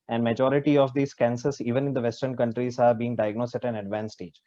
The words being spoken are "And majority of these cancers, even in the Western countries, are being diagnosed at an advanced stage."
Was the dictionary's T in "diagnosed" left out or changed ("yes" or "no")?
yes